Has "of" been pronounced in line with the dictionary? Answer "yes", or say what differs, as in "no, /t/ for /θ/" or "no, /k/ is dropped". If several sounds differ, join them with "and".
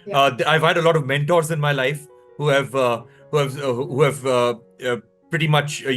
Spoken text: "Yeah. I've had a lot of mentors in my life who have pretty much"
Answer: yes